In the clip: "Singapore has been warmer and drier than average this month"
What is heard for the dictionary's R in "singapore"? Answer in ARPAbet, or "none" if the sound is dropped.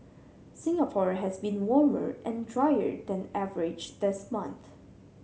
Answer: R